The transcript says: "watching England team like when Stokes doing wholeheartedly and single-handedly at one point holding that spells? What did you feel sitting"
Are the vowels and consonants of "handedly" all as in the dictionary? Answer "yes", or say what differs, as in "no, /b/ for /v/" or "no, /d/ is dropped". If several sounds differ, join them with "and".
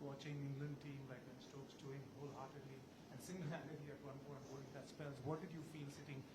no, /n/ is dropped